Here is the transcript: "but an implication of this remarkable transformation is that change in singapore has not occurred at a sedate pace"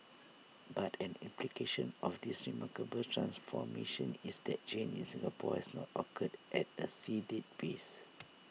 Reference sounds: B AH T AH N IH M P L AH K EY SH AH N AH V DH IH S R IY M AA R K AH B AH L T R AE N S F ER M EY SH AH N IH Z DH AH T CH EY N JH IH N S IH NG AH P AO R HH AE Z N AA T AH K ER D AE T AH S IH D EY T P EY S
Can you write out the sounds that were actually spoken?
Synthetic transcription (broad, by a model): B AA T AH N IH M P L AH K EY SH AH N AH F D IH S R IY M AA K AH B AH L T R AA N S F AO M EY SH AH N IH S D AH T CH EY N IH N S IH NG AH P AO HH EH S N AA T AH K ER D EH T AH S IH D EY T B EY S